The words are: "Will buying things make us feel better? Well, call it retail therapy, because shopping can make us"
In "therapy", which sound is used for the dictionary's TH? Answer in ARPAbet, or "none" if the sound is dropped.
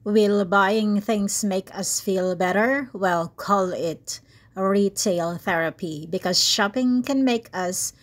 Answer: TH